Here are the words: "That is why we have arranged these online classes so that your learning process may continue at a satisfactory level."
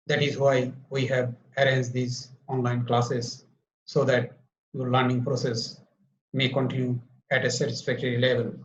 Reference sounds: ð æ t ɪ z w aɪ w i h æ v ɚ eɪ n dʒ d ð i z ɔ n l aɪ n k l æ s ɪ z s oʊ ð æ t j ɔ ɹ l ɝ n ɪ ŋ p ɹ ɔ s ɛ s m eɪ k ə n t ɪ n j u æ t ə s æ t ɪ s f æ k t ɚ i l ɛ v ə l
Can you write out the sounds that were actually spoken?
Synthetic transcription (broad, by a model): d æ t ɪ z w aɪ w i h æ v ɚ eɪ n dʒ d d i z ɔ n l aɪ n k l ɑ s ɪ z s oʊ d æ t j ɔ ɹ l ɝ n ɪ ŋ p ɹ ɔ s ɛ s m eɪ k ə n t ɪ n j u æ t ə s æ t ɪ s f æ k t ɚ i l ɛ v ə l